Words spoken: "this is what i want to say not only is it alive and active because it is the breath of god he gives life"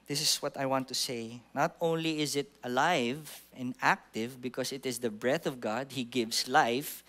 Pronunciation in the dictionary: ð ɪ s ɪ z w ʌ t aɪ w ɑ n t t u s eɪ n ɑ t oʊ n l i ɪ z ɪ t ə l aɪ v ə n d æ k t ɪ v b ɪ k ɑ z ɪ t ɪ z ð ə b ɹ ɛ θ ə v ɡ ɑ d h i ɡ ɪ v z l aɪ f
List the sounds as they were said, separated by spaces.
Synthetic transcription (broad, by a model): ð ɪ s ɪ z w ʌ t aɪ w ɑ n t t u s eɪ n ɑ t oʊ n l i ɪ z ɪ t ə l aɪ v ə n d æ k t ɪ v b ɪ k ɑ s ɪ t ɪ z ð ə b ɹ ɛ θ ə v ɡ ɑ d h i ɡ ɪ v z l aɪ f